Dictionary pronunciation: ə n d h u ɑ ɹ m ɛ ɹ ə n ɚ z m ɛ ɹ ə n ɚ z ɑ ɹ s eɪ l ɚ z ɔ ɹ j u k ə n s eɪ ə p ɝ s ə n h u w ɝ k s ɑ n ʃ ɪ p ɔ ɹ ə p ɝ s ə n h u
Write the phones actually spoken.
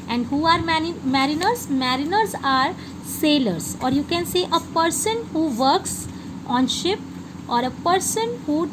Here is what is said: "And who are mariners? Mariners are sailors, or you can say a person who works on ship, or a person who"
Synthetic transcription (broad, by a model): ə n d h u ɑ ɹ m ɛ ɹ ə n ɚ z m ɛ ɹ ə n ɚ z ɑ ɹ s eɪ l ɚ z ɔ ɹ j u k ə n s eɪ ə p ɝ s ə n h u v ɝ k s ɑ n ʃ ɪ p ɔ ɹ ə p ɝ s ə n h u